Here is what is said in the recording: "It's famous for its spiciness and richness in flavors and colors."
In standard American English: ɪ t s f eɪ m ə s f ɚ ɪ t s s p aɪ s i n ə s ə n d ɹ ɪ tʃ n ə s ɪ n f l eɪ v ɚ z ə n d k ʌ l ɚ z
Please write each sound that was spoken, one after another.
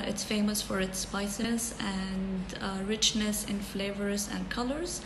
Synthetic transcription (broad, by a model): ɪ t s f eɪ m ə s f ɚ ɪ t s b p aɪ s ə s ə n d ɹ ɪ tʃ n ə s ɪ n f l eɪ v ɚ z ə n k ʌ l ɚ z